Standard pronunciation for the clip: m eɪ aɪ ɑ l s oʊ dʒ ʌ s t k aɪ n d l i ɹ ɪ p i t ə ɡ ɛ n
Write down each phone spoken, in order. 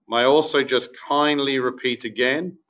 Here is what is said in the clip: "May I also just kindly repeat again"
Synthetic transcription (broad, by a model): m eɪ aɪ ɑ l s oʊ dʒ ʌ s k aɪ n d l i ɹ ɪ p i t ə ɡ ɛ n